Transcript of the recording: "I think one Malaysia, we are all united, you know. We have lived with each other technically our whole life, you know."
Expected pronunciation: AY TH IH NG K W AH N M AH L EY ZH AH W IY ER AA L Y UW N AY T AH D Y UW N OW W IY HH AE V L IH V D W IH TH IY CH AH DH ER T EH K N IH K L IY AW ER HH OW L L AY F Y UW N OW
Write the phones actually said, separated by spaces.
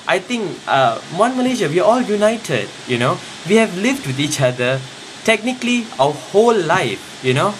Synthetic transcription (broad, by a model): AY T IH NG K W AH N M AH L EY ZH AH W IY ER AA L Y UW N AY T AH D Y UW N OW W IY HH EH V L IH V D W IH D IY CH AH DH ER T EH K N IH K L IY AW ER HH OW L L AY F Y UW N OW